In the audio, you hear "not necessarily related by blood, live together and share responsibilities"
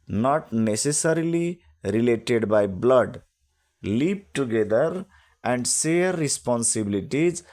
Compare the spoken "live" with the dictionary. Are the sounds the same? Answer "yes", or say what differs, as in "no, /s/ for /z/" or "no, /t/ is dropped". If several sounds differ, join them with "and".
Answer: no, /p/ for /v/